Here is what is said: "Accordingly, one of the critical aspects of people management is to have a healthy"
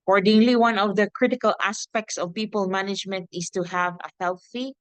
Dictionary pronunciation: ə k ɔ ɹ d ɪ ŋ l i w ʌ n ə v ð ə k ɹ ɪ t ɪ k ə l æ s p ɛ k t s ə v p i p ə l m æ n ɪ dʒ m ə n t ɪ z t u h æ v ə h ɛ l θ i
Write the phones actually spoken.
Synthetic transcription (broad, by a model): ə k ɔ ɹ d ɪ ŋ l i w ʌ n ə v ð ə k ɹ ɪ t ɪ k ə l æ s p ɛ k t s ə v p i p ə l m æ n ɪ dʒ m ə n t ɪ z t u h æ v ə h ɛ l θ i